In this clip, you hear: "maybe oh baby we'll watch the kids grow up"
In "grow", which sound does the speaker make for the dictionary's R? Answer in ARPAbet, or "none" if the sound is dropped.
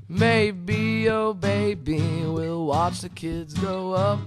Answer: none